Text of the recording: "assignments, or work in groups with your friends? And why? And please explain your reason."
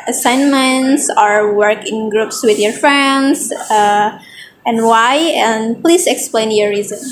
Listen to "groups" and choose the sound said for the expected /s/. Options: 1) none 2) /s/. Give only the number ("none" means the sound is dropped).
2